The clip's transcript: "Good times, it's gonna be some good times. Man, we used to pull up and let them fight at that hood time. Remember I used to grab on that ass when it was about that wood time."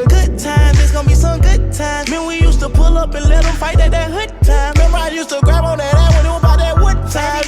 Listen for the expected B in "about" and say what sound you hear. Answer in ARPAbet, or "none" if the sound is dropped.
none